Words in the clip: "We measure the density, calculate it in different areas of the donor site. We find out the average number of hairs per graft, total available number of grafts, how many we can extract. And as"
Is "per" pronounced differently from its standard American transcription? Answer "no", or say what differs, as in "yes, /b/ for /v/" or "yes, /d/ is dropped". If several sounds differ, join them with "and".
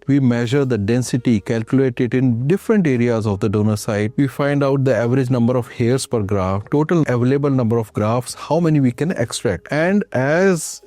no